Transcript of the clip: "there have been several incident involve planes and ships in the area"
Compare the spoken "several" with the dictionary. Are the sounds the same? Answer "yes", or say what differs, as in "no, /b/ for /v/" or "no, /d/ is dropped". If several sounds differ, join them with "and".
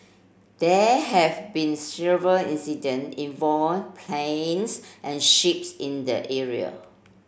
yes